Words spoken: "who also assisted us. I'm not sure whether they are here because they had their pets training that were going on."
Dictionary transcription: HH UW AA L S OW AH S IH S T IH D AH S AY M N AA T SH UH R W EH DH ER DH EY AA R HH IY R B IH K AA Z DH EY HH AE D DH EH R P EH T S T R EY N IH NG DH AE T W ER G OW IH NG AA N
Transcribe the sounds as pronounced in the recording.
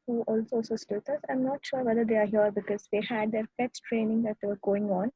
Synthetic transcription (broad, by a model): HH UW AA L S OW S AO S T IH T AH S AY M N AA T SH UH R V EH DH ER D EY AA R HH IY R B IH K AA Z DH EY HH AE D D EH R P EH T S T R EY N IH NG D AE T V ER G OW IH NG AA N